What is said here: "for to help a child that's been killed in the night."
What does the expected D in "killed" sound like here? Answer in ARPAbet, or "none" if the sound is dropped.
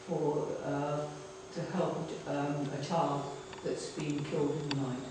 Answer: D